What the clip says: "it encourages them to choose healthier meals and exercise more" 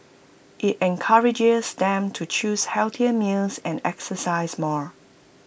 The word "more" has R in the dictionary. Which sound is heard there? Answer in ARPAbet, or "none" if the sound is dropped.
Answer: R